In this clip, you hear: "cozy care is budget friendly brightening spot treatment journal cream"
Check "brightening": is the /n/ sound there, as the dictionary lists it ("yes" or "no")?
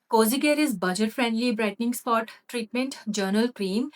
yes